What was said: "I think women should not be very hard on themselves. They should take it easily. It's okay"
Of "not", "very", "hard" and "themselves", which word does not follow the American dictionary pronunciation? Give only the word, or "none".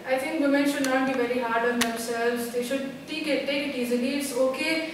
themselves